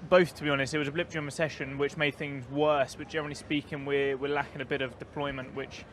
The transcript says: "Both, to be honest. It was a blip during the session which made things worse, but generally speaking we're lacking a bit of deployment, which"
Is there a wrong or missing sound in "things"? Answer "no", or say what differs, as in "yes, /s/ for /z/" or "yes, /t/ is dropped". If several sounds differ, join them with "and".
no